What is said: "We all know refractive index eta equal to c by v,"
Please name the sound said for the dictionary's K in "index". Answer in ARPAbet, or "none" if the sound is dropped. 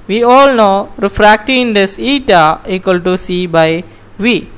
none